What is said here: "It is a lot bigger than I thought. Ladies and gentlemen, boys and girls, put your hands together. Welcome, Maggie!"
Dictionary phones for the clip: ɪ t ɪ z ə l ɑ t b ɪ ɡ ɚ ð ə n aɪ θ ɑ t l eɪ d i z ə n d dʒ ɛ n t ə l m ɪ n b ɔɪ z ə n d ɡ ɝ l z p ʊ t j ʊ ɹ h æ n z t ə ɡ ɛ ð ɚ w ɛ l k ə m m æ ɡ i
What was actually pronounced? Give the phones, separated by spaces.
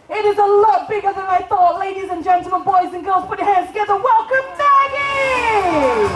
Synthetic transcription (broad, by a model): ɪ t ɪ z ə l ɑ t b ɪ ɡ ɚ ð ə n aɪ θ ɑ t l eɪ d i z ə n dʒ ɛ n t l m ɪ n b ɔɪ z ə n ɡ ɝ l z p ʊ t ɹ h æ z t ə ɡ ɛ ð ɚ w ɛ l k ə m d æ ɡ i